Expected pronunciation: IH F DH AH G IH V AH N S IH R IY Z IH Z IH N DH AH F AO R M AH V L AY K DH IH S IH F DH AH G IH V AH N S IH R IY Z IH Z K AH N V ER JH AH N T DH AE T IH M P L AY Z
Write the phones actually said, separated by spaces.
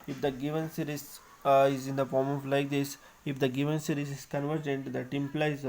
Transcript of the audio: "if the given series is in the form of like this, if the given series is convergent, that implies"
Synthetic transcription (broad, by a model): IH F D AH G IH V AH N S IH R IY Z IH Z IH N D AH F AO R M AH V L AY K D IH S IH F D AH G IH V AH N S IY R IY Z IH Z K AH N V ER JH AH N T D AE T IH M P L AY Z